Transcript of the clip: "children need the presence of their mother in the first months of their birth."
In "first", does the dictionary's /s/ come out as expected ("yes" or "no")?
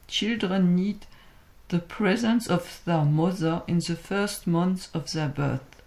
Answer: yes